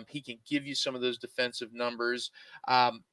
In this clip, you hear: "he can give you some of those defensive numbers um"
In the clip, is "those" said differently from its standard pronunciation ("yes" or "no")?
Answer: no